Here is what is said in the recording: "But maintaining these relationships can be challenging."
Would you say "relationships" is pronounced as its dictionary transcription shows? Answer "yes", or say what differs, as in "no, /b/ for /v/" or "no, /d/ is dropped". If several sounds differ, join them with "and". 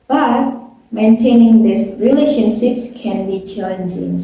yes